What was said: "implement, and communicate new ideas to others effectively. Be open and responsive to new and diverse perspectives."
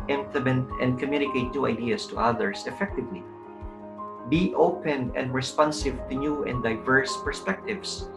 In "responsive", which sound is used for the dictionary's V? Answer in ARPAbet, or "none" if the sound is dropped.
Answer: V